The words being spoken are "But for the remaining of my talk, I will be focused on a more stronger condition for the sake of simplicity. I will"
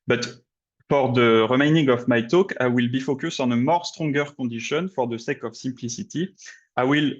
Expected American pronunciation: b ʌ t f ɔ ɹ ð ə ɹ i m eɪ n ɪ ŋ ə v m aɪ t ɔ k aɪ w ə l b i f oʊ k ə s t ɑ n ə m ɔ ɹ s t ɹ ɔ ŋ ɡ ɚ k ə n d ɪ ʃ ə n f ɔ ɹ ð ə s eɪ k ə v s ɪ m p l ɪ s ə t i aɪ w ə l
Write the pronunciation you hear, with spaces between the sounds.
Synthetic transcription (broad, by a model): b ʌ t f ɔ ɹ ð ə ɹ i m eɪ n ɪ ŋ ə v m aɪ t ɔ k aɪ w ə l b i f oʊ k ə s ɑ n ə m ɔ ɹ s t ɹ ɔ ŋ ɡ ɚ k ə d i ʃ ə n f ɔ ɹ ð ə s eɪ k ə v s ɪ m p l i s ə t i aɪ w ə l